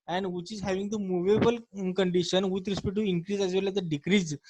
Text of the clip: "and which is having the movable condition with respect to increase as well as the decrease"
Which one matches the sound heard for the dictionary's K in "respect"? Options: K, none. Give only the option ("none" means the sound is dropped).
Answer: none